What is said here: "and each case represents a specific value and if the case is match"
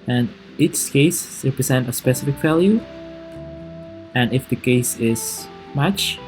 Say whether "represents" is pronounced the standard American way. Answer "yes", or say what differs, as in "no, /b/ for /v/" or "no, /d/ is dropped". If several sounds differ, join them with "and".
no, /s/ is dropped